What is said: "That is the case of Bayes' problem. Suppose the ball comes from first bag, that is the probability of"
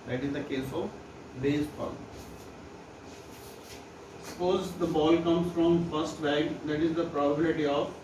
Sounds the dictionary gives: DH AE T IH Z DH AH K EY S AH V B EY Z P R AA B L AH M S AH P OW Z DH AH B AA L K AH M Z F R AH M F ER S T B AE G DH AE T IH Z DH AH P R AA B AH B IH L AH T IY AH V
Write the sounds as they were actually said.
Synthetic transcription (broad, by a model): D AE T IH Z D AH K EY S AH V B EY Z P AA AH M S AH P OW Z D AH B AA L K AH M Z F R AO M F ER S T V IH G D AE T IH Z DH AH P R AA B AH B IH L AH T IY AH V